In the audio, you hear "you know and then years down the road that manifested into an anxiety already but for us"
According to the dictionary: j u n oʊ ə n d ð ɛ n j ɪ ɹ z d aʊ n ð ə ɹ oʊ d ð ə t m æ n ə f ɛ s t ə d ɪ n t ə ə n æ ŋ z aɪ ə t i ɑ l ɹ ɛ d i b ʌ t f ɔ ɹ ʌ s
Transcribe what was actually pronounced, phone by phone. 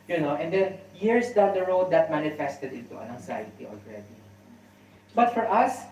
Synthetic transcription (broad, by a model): j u n oʊ ə n d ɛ n j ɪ ɹ s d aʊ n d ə ɹ oʊ d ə t m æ n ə f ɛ s t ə d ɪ t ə ə n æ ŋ s aɪ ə t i ɑ l ɹ ɛ d i b ʌ t f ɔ ɹ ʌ s